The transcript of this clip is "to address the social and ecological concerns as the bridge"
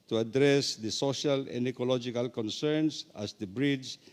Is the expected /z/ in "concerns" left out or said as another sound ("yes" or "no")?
yes